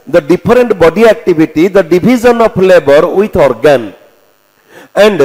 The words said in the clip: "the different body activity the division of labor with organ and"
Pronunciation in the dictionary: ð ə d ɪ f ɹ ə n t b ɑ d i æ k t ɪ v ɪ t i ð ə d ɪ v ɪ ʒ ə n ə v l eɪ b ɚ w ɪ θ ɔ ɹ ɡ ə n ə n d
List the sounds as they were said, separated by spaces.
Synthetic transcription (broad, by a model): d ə d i p ɹ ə n t b ɑ d i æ k t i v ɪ t i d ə d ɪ b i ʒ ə n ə p l eɪ b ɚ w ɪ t ɔ ɹ ɡ ə n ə n d